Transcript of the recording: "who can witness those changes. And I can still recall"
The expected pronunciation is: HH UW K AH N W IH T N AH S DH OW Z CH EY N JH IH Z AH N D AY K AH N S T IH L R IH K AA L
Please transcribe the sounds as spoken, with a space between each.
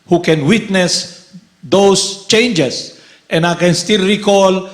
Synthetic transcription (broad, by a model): HH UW K AH N W IH T N AH S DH OW S CH EY N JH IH S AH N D AY K AH N S T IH L R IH K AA L